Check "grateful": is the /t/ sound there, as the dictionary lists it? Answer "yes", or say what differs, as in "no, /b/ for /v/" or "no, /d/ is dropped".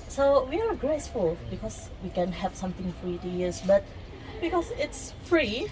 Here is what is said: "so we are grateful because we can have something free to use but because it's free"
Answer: no, /s/ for /t/